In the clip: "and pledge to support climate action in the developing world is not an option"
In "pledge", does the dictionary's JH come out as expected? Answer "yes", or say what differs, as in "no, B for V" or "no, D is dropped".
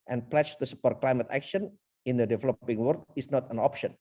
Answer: no, CH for JH